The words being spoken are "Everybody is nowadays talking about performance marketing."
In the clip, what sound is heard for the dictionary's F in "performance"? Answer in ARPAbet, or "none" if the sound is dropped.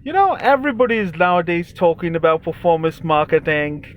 F